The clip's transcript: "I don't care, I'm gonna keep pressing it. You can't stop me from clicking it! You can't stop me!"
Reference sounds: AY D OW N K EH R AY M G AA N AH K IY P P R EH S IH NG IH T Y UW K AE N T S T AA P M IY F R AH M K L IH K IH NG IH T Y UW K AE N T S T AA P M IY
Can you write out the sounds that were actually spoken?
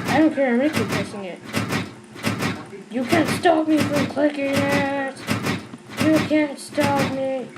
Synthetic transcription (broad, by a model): AY D OW N K EH R AY M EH AH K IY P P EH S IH NG IH T Y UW K AE N T S T AA P M IY F R AH M K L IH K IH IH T Y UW K AE N T S T AA P M IY